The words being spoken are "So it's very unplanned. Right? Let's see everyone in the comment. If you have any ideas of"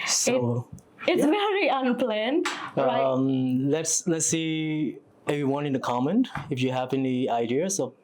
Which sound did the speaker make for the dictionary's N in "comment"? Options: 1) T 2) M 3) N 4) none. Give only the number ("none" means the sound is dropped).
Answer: 3